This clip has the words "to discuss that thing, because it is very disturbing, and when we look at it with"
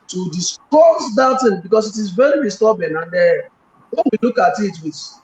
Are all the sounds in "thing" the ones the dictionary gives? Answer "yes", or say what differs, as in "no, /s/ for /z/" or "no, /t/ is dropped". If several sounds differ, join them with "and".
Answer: no, /t/ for /θ/